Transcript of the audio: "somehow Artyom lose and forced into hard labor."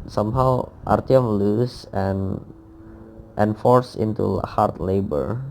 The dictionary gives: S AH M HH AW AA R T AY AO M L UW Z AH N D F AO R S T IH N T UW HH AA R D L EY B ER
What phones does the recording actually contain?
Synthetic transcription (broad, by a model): S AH M HH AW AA R T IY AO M L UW S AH N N F AO R S IH N T UW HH AA R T L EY B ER